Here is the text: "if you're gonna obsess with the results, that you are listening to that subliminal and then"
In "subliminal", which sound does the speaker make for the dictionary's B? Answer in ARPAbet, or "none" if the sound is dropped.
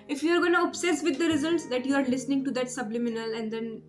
B